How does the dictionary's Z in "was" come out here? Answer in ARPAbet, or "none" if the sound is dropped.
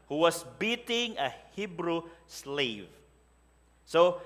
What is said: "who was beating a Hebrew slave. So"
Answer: S